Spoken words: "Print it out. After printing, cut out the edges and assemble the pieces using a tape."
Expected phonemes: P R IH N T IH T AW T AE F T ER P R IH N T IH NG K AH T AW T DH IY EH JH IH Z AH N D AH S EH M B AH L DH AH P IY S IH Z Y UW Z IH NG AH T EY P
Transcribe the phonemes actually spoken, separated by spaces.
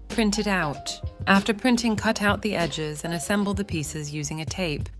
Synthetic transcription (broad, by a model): P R IH N T IH T AW T AE F T ER P R IH N T IH NG K AH T AW T DH IY EH JH IH Z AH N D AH S EH M B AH L DH AH P IY S IH Z Y UW Z IH NG AH T EY P